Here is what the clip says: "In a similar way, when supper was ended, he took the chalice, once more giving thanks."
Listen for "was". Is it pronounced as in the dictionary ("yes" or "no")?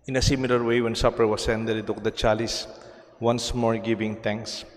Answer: no